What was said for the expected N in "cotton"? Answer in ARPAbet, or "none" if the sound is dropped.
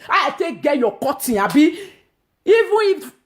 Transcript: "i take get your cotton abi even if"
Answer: none